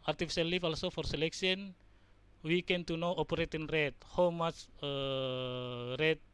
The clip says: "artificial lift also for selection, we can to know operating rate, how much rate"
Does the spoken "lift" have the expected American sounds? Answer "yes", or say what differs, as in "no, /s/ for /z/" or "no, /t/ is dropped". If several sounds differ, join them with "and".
no, /t/ is dropped